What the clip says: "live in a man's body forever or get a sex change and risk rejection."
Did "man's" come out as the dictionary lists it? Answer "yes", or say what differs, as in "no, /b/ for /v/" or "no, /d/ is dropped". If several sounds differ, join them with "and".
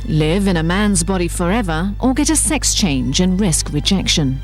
yes